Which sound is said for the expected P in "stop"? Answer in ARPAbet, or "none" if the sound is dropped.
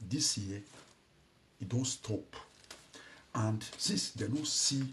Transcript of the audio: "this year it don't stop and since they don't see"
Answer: P